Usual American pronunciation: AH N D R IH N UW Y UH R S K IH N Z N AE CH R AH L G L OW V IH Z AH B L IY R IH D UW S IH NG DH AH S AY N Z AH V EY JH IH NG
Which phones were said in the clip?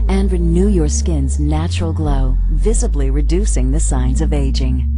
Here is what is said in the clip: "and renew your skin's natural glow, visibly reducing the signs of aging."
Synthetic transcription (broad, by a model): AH N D R IH N UW Y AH R S K IH N Z N AE CH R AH L G L OW V IH Z AH B L IY R IH D UW S IH NG DH AH S AY N Z AH V EY JH IH NG